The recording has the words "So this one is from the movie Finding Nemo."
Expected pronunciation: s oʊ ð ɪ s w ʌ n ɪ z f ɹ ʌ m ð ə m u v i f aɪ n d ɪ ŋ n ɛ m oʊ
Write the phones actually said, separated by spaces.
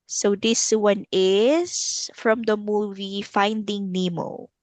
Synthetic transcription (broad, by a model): s oʊ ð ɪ s w ʌ n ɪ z f ɹ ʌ m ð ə m u v i f aɪ n d ɪ ŋ n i m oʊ